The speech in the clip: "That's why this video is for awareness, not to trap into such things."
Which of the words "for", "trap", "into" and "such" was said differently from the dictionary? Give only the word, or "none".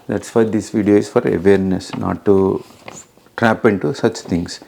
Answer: none